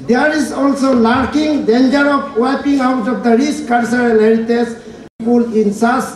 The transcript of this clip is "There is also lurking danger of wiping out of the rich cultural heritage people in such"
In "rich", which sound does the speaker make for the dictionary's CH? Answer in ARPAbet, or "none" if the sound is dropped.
S